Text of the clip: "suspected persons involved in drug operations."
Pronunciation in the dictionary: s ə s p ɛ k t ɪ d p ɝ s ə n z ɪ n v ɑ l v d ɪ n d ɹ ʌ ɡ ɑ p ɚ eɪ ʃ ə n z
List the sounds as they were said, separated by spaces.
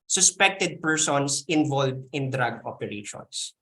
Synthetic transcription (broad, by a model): s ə s p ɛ k t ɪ d p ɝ s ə n s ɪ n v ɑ l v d ɪ n d ɹ ʌ ɡ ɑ p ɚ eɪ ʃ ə n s